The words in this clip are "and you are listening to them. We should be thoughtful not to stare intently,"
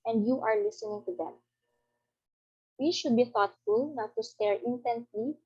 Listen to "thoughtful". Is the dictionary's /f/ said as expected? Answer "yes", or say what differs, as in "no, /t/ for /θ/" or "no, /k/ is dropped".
yes